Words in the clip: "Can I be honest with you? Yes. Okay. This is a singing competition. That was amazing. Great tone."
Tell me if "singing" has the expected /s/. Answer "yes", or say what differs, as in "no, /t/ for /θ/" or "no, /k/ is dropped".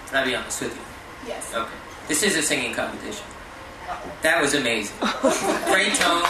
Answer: yes